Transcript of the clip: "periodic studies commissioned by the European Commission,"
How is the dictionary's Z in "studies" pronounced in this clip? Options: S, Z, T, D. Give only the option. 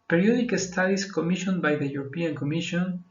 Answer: S